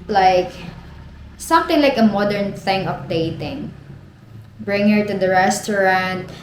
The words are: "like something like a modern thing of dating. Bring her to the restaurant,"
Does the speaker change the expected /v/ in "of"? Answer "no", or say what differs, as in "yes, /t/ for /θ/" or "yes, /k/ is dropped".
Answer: yes, /p/ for /v/